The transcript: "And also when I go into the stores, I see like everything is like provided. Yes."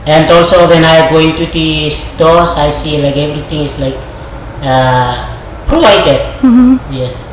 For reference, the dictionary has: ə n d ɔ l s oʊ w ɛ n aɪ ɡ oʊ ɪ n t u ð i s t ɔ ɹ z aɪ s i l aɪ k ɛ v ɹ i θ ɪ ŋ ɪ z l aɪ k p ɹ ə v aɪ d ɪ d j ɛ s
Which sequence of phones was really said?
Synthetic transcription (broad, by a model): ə n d ɔ l s oʊ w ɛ n aɪ ɡ oʊ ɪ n t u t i s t ɔ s aɪ s i l aɪ k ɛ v ɹ i t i ŋ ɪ s l aɪ k p ɹ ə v aɪ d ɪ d j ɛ s